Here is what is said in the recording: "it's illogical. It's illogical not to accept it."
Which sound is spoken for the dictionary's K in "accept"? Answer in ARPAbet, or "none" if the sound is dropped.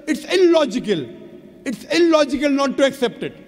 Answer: K